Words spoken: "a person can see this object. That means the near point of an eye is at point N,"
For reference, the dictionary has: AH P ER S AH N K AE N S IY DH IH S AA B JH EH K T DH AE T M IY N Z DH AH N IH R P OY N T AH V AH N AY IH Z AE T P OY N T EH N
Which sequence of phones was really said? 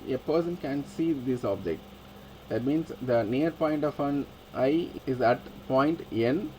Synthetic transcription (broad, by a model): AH P ER S AH N K AE N S IY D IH S AA B JH EH K T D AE T M IY N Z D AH N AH R P OY N T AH F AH N AY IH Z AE T P OY N T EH N